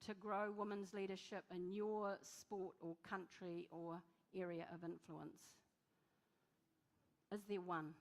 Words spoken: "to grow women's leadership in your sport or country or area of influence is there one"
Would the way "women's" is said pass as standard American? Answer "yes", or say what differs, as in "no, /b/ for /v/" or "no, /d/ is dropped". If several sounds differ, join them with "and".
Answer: yes